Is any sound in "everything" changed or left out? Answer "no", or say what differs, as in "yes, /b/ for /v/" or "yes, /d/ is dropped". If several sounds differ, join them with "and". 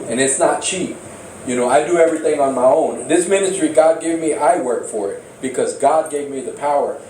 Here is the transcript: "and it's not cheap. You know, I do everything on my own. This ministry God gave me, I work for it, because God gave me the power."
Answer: no